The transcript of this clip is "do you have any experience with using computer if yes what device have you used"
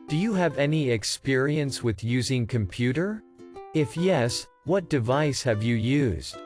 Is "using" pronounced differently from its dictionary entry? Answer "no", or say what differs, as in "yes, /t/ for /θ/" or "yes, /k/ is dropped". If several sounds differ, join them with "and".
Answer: no